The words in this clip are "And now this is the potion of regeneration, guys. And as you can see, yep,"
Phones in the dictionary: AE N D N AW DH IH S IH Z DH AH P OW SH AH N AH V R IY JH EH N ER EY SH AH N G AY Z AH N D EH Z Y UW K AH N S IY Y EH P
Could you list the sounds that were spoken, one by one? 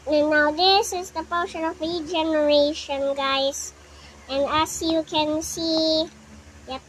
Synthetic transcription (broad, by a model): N N AW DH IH S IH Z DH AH P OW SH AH N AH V R IY JH EH N ER EY SH AH N G AY S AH N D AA S Y UW K AH N S IY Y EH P